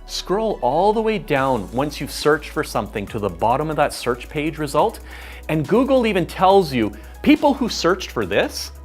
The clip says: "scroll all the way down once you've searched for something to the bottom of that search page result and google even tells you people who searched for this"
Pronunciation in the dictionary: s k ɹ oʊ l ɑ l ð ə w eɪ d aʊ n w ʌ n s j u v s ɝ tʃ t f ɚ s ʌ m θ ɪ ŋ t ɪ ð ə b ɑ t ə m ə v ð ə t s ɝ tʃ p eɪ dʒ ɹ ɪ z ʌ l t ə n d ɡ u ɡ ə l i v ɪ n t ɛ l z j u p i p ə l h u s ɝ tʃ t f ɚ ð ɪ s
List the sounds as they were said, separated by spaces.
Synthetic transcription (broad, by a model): s k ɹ oʊ l ɑ l ð ə w eɪ d aʊ n w ʌ n s j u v s ɝ tʃ t f ɚ s ʌ m θ ɪ ŋ t ɪ ð ə b ɑ t ə m ə v ð ə t s ɝ tʃ p eɪ dʒ ɹ ɪ z ʌ l t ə n ɡ u ɡ l i v ɪ n t ɛ l z j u p i p l h u s ɝ tʃ t f ɚ ð ɪ s